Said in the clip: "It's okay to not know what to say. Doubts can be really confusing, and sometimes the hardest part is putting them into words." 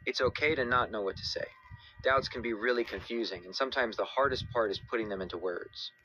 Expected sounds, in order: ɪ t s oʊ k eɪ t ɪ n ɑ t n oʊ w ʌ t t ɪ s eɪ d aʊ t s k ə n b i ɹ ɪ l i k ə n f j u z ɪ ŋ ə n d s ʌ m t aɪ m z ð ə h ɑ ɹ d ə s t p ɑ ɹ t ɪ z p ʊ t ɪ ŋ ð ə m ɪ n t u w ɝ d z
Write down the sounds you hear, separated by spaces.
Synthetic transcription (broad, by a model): ɪ t s oʊ k eɪ t ɪ n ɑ t n oʊ w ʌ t t ɪ s eɪ d aʊ t s k n b i ɹ ɪ l i k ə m f j u z ɪ ŋ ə n s ʌ m t aɪ m z ð ə h ɑ ɹ d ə s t p ɑ ɹ t ɪ z p ʊ t ɪ ŋ ð ə m ɪ n t u w ɝ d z